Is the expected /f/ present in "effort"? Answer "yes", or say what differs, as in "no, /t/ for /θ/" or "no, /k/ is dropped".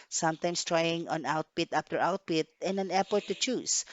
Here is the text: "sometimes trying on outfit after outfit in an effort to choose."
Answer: no, /p/ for /f/